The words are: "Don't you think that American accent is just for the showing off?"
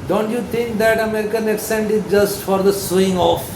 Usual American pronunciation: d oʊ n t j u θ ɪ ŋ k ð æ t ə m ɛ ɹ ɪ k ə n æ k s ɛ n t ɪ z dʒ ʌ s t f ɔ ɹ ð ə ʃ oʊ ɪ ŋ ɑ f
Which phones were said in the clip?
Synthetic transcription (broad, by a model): d oʊ n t j u t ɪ ŋ k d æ t ə m ɛ ɹ ɪ k ə n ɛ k s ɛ n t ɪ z dʒ ʌ s t f ɔ ɹ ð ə s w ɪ ŋ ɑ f